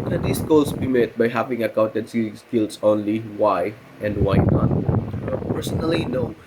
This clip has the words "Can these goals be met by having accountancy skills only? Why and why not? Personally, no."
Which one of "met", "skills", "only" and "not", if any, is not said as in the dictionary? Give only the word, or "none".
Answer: skills